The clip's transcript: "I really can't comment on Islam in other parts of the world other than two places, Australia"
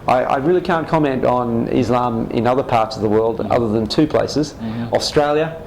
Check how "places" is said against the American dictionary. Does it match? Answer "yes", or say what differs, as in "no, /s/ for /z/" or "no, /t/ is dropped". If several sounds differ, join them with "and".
yes